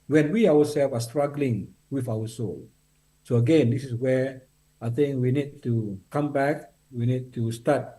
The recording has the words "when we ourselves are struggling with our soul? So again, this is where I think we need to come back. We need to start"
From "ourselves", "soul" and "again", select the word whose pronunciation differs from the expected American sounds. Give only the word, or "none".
ourselves